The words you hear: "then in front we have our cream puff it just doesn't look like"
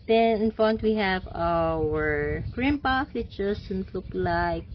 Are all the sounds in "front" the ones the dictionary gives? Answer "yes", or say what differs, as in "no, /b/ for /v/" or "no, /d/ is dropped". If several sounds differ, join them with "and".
no, /ɹ/ is dropped